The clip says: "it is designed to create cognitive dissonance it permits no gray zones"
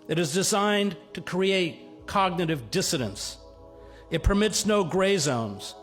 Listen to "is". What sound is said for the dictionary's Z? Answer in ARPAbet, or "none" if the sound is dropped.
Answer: Z